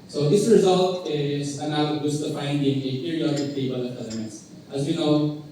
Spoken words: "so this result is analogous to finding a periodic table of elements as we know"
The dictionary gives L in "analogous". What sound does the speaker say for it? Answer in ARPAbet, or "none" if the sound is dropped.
none